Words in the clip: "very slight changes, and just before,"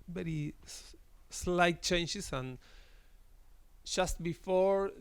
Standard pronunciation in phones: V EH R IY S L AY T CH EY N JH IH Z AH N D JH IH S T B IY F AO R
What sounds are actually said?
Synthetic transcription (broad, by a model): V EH R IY S L AY T CH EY N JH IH S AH N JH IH S T B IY F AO R